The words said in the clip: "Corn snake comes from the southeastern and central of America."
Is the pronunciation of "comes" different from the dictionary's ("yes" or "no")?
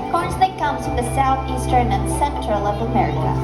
yes